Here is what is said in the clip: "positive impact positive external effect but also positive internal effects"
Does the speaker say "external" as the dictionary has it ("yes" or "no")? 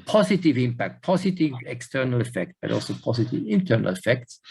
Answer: yes